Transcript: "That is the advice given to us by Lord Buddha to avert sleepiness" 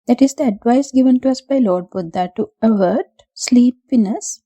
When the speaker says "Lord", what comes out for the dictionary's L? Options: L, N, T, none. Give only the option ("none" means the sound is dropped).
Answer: L